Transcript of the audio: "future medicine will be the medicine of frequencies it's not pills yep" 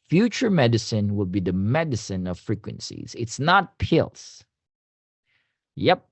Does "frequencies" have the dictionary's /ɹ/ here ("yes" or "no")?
yes